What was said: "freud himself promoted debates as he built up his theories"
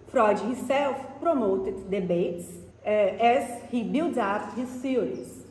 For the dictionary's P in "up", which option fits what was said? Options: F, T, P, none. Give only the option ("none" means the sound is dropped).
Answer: F